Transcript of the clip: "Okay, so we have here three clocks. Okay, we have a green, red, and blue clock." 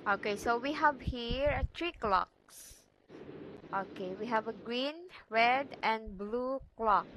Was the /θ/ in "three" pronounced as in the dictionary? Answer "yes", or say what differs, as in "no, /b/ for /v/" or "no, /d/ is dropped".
no, /t/ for /θ/